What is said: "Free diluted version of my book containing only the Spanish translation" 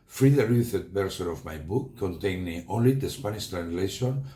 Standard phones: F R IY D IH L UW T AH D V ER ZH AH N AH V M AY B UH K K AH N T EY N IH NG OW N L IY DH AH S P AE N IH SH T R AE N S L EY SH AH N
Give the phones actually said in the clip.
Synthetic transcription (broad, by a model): F R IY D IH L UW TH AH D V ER S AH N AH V M AY B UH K K AH N T EY N IH NG OW N L IY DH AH S P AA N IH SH T R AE N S L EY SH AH N